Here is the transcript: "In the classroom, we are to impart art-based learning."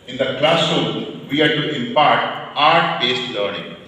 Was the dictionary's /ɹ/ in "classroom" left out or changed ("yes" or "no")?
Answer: yes